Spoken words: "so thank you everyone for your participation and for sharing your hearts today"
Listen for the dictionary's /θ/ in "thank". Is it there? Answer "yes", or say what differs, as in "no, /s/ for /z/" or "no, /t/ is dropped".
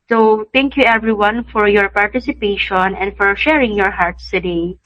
no, /t/ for /θ/